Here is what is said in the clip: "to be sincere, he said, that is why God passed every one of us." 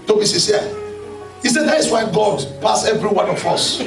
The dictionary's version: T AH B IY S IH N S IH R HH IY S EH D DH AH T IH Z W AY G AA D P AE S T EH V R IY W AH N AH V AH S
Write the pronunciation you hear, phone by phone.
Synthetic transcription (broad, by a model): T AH B IY S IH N S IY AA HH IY S EH D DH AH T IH S W AY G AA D P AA S EH V R IY W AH N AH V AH S